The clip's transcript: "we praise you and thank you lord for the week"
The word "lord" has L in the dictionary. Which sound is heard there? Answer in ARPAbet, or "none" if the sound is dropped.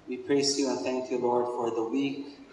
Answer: L